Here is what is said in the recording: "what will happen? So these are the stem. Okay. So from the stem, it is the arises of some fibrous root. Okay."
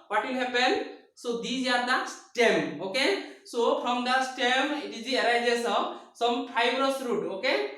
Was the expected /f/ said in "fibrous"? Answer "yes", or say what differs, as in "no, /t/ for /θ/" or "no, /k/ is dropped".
no, /p/ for /f/